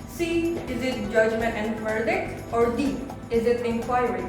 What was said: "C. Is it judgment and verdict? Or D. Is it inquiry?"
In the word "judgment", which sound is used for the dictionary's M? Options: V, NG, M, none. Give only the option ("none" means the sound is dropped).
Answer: M